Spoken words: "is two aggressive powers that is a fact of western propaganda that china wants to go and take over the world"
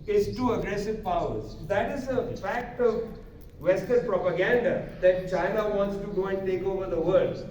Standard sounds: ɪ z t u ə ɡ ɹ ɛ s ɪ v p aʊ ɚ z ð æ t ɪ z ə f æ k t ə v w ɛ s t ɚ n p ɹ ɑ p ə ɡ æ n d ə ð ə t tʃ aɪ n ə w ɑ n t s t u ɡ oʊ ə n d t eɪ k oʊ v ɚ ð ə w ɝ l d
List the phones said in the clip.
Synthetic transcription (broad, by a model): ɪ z t u ə ɡ ɹ ɛ s ɪ v p aʊ ɚ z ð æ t ɪ z ə f æ k t ə v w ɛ s t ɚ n p ɹ ɑ p ə ɡ æ n d ə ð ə t tʃ aɪ n ə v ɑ n t s t u ɡ oʊ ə n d t eɪ k oʊ v ɚ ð ə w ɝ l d